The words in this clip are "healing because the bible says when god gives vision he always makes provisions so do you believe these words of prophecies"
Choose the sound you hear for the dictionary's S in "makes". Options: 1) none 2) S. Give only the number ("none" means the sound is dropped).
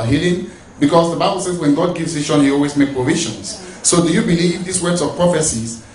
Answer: 1